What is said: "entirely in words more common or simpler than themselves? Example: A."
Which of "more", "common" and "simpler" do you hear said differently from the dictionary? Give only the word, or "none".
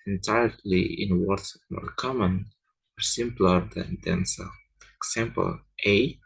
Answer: none